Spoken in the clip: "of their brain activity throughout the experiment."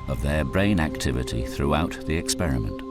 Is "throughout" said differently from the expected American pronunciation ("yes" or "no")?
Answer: no